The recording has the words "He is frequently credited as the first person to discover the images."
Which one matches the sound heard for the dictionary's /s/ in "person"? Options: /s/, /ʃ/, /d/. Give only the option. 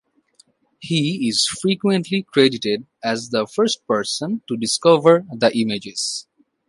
/s/